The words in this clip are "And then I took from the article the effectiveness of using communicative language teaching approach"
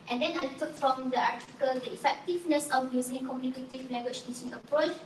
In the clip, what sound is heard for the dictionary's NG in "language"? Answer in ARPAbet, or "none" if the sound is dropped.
none